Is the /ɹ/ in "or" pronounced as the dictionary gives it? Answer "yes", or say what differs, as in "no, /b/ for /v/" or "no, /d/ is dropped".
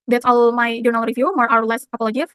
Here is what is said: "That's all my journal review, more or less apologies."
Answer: no, /w/ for /ɹ/